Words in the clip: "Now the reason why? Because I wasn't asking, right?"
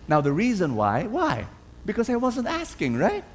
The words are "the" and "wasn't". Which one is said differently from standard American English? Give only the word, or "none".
none